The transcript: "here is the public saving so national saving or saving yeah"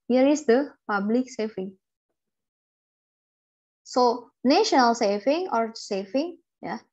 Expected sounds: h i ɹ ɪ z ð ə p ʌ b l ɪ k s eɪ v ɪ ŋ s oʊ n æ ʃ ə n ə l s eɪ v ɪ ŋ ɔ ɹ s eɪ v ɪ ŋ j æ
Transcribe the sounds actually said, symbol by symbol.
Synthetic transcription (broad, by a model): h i ɹ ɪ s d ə p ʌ b l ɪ k s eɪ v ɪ ŋ s oʊ n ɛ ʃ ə n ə l s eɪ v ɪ ŋ ɔ ɹ s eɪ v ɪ ŋ j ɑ